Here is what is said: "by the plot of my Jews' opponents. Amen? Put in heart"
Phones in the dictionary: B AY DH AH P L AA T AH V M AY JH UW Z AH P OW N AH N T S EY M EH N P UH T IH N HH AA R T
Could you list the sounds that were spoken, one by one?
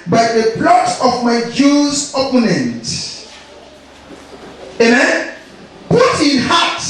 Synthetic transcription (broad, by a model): B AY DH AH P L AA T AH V M AY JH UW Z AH P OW N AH N T EY M EH N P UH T IH N HH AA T